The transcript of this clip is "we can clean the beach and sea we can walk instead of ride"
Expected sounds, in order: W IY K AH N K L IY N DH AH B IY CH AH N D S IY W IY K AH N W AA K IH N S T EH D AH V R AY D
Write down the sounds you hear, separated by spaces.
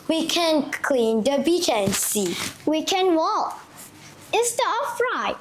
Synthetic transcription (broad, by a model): W IY K AH N K L IY N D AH B IY CH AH N S IY W IY K AH N W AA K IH S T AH AH F R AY